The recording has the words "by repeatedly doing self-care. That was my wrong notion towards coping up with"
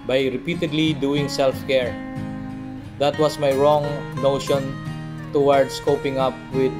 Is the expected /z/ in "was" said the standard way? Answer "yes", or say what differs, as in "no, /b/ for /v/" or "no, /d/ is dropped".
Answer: no, /s/ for /z/